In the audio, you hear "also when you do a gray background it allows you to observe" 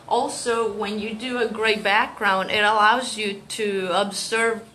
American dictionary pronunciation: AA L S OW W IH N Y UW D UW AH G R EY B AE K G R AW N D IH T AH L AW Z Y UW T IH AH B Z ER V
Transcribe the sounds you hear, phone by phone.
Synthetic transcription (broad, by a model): AA L S OW W IH N Y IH D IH AH G R EY B AE K G R AW N D IH T AH L AW Z Y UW T IH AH B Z ER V